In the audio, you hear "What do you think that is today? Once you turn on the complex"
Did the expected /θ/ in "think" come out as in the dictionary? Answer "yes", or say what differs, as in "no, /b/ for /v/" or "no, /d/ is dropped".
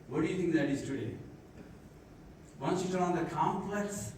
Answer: no, /t/ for /θ/